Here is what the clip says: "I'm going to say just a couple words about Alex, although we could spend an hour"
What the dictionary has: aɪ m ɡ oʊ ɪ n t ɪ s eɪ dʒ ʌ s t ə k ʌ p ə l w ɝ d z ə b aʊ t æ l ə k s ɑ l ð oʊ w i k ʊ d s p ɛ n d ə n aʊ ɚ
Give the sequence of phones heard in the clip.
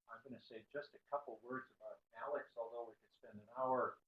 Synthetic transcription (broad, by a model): aɪ m ɡ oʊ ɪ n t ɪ s eɪ dʒ ʌ s t ə k ʌ p l w ɝ d z ə b aʊ t æ l ə k s ɑ l ð oʊ w i k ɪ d s p ɛ n d ə n aʊ ɚ